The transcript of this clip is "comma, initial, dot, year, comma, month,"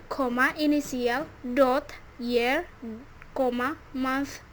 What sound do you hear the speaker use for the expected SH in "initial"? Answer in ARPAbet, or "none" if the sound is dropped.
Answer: S